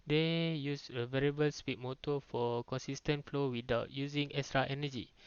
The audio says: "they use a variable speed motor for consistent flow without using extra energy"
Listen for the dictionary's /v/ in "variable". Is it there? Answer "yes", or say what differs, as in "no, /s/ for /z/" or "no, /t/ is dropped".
yes